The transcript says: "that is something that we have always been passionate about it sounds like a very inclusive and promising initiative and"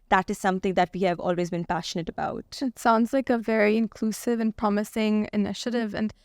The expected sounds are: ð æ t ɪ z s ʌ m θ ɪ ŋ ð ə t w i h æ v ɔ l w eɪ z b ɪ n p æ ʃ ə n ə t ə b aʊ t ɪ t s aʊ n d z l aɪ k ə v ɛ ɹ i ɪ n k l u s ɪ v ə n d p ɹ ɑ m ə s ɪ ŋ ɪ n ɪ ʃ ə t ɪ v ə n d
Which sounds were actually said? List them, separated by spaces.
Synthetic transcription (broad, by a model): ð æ t ɪ z s ʌ m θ ɪ ŋ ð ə t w i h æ v ɔ l w eɪ z b ɪ n p æ ʃ ə n ə t ə b aʊ t ɪ t s aʊ n d z l aɪ k ə v ɛ ɹ i ɪ n k l u s ɪ v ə n p ɹ ɑ m ə s ɪ ŋ ɪ n ɪ ʃ ə t ɪ v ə n